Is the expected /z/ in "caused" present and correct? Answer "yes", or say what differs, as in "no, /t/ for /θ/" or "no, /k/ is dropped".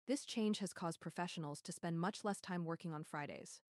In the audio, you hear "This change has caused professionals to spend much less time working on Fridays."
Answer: yes